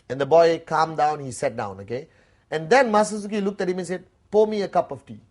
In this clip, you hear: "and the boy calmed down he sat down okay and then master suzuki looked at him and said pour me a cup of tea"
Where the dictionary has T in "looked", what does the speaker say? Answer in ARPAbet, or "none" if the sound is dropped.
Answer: T